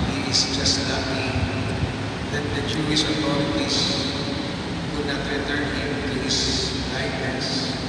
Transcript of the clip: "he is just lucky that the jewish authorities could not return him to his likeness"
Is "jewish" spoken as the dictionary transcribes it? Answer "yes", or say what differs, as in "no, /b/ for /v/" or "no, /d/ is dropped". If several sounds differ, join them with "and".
no, /s/ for /ʃ/